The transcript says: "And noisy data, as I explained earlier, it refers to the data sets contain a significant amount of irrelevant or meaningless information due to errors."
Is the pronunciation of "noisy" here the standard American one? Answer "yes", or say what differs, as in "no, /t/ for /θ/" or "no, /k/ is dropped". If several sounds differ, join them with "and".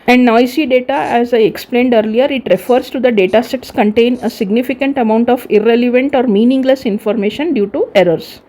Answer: no, /s/ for /z/